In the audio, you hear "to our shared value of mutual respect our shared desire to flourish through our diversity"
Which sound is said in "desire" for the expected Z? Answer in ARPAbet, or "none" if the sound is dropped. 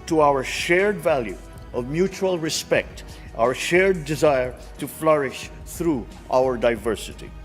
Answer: Z